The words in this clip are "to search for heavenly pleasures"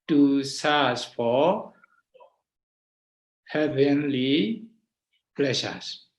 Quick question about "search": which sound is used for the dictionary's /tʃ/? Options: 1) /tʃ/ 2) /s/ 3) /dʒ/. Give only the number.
2